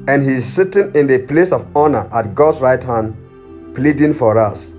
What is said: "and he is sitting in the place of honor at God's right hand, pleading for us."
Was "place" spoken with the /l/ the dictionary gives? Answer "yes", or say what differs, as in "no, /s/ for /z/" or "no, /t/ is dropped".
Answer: yes